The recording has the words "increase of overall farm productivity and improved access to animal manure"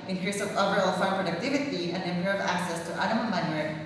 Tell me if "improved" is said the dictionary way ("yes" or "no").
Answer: no